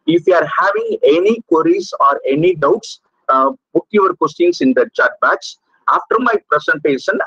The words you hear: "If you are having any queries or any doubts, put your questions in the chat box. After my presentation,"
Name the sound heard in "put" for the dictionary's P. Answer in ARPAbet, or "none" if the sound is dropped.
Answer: B